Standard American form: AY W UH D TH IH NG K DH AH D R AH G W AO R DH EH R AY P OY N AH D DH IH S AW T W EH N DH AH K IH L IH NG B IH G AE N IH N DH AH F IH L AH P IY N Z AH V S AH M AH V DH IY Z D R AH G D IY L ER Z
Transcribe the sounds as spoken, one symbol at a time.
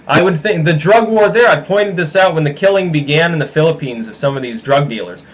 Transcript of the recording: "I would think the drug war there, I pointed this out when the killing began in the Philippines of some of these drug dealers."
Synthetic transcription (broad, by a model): AY W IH D TH IH NG K DH AH D R AH G W AO R DH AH R AY P OY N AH D DH IH S AW T W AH N DH AH K IH L IH NG B IH G AE N IH N DH AH F IH L AH P IY N Z AH V S AH M AH V DH IY Z D R AH G D IY L ER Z